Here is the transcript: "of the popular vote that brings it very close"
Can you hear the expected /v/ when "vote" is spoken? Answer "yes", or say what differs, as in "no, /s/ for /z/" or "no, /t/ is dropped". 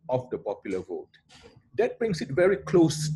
yes